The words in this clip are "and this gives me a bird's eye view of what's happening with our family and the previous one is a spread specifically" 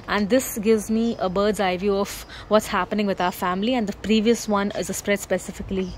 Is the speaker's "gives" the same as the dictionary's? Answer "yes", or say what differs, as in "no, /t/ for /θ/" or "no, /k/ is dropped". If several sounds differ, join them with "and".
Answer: yes